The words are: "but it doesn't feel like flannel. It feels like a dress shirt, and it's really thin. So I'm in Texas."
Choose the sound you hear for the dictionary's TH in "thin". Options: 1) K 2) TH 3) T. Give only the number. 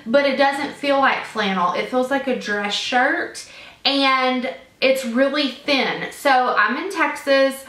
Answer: 2